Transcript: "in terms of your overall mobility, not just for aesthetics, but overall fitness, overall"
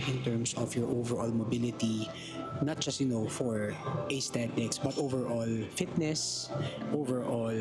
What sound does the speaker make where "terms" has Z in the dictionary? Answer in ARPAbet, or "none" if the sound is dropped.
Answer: S